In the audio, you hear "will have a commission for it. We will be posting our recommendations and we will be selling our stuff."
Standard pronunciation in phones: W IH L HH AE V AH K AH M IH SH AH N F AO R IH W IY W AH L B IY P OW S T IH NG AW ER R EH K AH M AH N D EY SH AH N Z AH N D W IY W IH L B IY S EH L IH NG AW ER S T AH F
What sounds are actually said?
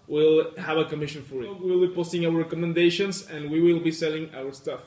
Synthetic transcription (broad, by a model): W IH L HH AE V AH K AH M IH SH AH N F AO R IH W IY W L B IY P OW S T IH NG AW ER R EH K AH M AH N D EY SH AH N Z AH N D W IY W IH L B IY S EH L IH NG AW ER S T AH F